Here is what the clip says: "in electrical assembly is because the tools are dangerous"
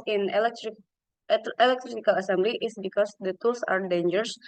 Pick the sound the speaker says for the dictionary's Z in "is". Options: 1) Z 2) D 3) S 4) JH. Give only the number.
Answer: 3